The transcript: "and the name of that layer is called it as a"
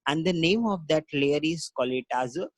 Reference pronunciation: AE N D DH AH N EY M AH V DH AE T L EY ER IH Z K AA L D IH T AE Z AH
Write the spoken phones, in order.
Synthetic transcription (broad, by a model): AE N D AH N EY M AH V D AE T L EY ER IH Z K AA L IH T AE Z